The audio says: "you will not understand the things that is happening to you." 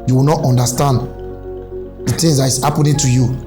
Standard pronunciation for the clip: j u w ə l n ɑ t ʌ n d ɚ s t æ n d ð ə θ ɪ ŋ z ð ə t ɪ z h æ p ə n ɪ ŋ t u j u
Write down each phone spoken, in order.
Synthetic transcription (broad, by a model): j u w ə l n ɑ t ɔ n d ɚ s t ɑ n d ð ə t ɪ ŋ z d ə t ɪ s h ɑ p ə n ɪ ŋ t u j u